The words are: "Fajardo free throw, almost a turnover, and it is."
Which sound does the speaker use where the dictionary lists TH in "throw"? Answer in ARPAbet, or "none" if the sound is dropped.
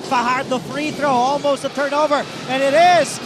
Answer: TH